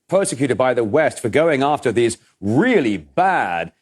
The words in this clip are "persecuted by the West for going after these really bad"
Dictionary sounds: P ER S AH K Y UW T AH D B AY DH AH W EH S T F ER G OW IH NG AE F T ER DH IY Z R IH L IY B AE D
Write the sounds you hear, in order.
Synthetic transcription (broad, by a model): P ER S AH K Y UW T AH D B AY DH AH W EH S T F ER G OW IH NG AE F T ER DH IY Z R IH L IY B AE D